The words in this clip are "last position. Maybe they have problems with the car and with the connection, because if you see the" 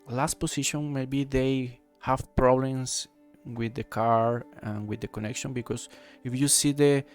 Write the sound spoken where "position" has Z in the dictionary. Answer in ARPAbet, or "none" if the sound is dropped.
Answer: S